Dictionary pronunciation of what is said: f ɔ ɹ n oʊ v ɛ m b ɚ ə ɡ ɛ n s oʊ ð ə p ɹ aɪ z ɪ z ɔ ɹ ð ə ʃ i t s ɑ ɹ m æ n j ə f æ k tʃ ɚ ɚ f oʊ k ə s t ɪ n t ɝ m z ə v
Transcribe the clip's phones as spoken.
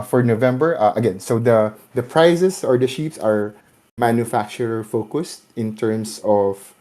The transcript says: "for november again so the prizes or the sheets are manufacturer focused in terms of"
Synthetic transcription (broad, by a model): f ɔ ɹ n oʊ v ɛ m b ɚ ə ɡ ɛ n s oʊ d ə p ɹ aɪ s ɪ s ɔ ɹ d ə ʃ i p s ɑ ɹ m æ n j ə f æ k tʃ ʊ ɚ f oʊ k ə s t ɪ n t ɝ m s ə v